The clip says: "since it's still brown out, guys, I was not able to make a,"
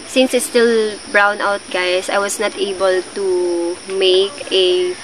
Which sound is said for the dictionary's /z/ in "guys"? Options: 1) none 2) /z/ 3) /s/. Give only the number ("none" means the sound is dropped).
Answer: 3